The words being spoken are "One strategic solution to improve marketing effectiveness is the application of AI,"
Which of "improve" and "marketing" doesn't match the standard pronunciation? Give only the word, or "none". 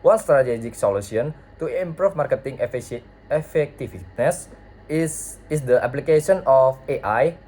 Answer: improve